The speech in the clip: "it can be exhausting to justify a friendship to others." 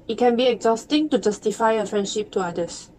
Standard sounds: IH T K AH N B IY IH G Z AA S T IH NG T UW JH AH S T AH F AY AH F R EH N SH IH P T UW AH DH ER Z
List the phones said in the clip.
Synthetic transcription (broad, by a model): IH T K AH N B IY IH G Z AA S T IH NG T UW JH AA S T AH F AY AH F R EH N SH IH P T UW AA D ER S